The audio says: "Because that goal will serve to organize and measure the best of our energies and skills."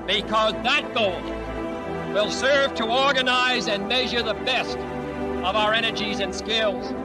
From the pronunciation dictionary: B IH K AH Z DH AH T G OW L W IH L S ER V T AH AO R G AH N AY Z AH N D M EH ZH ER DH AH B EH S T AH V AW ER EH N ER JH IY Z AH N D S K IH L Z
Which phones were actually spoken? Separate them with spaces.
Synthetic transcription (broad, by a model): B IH K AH Z DH AH T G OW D W IH L S ER V T AH AO R G AH N AY Z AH N M EH ZH ER DH AH B EH S T AH V AW ER EH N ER JH IY Z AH N S K IH L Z